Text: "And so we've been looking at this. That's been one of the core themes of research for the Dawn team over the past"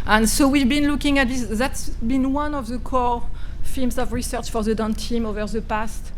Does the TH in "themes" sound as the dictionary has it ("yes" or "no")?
no